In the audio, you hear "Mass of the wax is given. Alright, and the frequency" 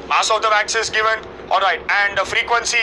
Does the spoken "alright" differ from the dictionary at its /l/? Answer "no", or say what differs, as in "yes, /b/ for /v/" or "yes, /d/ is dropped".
no